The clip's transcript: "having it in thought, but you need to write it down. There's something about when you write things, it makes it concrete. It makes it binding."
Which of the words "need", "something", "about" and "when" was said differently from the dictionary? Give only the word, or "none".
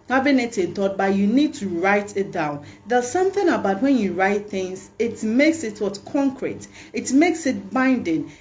none